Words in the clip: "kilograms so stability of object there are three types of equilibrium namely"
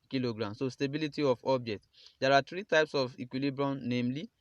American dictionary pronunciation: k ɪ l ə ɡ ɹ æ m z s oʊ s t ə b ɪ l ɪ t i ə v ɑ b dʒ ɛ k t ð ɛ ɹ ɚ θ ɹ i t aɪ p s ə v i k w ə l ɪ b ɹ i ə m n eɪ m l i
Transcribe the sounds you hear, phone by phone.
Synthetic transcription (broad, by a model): k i l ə ɡ ɹ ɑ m s oʊ s t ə b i l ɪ t i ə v ɑ b dʒ ɛ k t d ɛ ɹ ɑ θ ɹ i t aɪ p s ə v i k w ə l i b ɹ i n n eɪ m l i